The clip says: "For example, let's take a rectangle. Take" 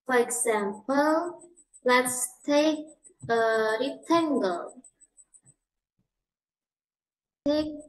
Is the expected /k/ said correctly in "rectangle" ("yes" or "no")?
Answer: no